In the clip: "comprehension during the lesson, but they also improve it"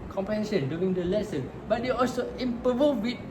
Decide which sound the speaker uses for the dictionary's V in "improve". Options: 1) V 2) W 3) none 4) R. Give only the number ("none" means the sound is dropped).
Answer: 2